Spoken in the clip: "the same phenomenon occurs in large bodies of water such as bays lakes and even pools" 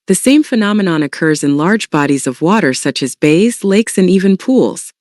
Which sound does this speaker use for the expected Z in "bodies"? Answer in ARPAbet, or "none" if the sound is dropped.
Z